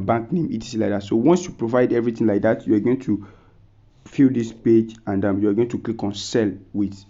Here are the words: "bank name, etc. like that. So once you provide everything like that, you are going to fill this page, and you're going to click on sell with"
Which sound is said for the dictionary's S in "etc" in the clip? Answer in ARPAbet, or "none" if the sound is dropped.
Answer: none